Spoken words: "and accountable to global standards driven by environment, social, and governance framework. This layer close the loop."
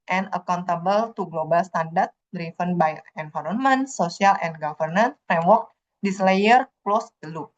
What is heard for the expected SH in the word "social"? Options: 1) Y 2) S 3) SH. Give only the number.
2